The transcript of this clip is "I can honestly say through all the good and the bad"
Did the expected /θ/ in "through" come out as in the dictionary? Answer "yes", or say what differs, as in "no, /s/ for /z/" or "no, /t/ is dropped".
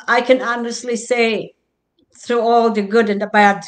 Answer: yes